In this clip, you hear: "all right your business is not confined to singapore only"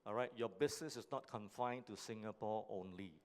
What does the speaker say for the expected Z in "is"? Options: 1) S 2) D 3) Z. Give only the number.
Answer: 1